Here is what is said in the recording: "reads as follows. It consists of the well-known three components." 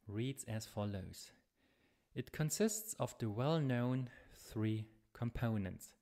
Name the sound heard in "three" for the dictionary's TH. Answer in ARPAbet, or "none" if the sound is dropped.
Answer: TH